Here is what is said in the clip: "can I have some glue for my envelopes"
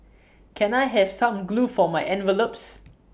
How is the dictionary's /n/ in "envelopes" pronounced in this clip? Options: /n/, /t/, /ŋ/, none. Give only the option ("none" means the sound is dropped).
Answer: /n/